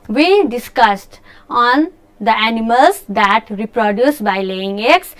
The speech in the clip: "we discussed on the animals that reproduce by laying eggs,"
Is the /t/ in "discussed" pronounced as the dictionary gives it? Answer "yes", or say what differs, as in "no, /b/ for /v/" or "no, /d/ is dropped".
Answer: yes